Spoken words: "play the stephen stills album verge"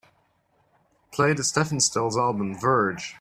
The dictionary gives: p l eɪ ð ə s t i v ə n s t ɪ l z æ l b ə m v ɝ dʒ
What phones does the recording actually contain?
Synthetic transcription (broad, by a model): p l eɪ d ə s t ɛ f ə n s t ɪ l z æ l b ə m v ɝ dʒ